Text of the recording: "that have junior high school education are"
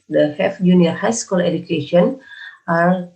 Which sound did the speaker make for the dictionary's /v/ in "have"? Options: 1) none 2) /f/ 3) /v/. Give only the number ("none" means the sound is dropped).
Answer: 2